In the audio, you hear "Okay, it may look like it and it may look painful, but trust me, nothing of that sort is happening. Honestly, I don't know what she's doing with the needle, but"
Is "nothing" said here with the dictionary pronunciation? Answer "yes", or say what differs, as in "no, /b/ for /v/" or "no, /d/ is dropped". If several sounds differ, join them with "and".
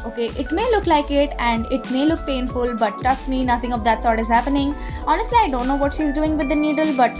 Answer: no, /t/ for /θ/